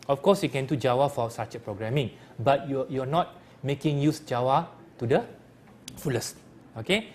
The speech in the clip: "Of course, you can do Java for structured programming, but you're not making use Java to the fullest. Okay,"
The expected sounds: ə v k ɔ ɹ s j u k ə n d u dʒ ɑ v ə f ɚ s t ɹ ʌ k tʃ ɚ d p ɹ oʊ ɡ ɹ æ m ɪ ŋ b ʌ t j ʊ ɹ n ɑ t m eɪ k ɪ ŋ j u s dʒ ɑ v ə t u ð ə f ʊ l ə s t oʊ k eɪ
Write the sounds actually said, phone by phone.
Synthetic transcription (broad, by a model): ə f k ɔ s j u k ə n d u dʒ ɑ w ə f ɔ s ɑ tʃ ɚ p ɹ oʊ ɡ ɹ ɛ m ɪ ŋ b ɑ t j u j n ɑ t m eɪ k ɪ ŋ j u s dʒ ɑ w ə t u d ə f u l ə s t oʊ k eɪ